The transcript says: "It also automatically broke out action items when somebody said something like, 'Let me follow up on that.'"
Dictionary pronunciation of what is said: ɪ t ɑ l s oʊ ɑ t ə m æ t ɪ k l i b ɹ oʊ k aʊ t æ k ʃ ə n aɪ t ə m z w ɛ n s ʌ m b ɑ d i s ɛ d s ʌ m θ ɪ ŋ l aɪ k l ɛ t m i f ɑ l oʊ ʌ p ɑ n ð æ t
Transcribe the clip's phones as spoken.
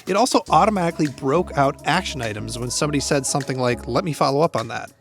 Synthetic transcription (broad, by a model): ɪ t ɑ l s oʊ ɑ t ə m æ t ɪ k l i b ɹ oʊ k aʊ t æ k ʃ ə n aɪ t ə m z w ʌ n s ʌ m b ɑ d i s ɛ d s ʌ m θ ɪ ŋ l aɪ k l ɛ t m i f ɑ l oʊ ʌ p n ð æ t